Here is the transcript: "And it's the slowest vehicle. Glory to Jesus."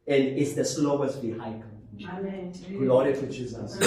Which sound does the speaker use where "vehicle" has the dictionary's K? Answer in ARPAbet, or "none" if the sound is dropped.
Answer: none